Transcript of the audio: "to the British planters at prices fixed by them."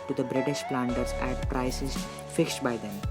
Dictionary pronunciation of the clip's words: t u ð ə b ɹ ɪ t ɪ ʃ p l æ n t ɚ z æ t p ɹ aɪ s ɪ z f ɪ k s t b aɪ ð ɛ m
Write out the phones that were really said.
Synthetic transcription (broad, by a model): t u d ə b ɹ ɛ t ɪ s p l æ n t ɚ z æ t p ɹ aɪ s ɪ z f ɪ k s t b aɪ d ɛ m